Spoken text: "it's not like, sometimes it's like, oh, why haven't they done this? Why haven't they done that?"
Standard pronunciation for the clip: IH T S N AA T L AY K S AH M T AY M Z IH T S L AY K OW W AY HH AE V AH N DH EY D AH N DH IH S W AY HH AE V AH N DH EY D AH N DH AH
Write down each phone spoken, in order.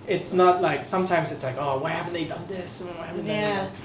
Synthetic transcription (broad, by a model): IH T S N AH T L AY K S AH M T AY M Z IH T S L AY K OW W AY HH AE V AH N DH EY D AH N DH IH S W AY HH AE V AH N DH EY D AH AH